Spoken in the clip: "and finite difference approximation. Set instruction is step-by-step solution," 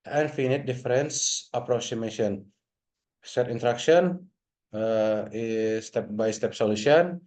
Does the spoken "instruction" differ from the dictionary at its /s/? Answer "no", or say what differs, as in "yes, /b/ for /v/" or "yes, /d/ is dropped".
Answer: yes, /s/ is dropped